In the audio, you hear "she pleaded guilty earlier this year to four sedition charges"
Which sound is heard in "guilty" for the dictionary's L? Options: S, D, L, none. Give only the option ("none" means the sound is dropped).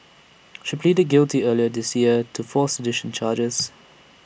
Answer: L